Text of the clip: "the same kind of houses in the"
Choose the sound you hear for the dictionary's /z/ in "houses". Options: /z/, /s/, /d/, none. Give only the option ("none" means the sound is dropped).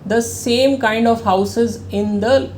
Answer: /z/